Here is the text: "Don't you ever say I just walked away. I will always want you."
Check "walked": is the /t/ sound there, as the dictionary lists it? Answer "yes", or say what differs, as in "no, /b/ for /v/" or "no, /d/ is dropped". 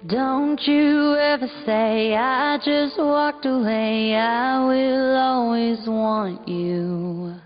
yes